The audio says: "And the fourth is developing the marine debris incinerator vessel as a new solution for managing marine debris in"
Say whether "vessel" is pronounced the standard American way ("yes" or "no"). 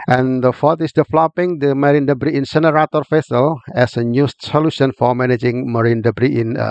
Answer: no